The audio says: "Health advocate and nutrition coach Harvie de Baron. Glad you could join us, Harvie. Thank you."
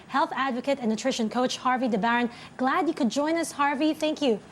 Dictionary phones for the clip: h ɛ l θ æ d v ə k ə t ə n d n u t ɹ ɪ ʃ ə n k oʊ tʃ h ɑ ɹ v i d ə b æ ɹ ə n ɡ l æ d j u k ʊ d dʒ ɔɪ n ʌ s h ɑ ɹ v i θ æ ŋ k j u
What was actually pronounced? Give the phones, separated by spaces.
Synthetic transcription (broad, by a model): h ɛ l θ æ d v ə k ə t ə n n u t ɹ ɪ ʃ ə n k oʊ tʃ h ɑ ɹ v i d ə b æ ɹ ə n ɡ l æ d j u k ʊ d dʒ ɔɪ n ʌ s h ɑ ɹ v i θ æ ŋ k j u